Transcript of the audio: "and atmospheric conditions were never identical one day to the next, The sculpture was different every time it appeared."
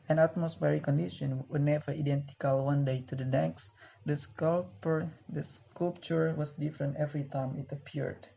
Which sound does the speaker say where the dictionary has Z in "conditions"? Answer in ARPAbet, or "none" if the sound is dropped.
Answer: none